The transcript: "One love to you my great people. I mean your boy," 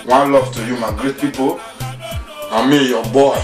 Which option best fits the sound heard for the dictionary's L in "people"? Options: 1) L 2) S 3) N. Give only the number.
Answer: 3